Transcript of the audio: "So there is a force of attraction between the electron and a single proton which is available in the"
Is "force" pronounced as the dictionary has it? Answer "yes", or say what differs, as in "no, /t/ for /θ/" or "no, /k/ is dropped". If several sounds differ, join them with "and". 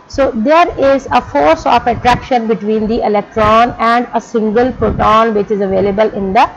yes